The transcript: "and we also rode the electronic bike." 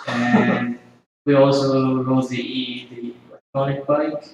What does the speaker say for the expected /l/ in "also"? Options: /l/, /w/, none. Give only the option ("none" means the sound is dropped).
/l/